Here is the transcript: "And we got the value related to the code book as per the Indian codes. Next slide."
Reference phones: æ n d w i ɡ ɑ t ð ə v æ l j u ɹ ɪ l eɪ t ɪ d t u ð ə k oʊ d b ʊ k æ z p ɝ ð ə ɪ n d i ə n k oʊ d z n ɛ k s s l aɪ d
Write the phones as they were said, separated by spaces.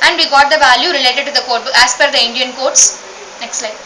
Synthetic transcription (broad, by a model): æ n d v i ɡ ɑ t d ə v æ l j u ɹ ɪ l eɪ t ɪ d t u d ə k oʊ d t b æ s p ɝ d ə ɪ n d i ə n k oʊ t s n ɛ k s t l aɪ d